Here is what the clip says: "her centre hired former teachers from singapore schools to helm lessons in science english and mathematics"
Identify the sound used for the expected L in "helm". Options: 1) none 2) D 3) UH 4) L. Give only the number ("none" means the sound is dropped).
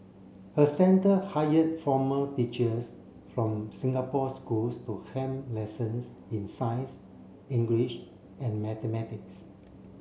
1